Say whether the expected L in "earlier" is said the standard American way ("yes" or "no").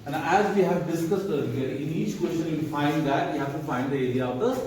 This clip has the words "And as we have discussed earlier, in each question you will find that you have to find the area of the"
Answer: no